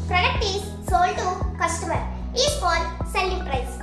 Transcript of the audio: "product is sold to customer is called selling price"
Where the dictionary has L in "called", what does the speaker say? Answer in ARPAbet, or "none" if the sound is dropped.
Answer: none